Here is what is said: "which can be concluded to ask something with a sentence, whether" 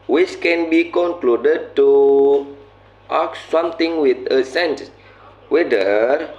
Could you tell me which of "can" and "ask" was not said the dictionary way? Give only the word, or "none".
ask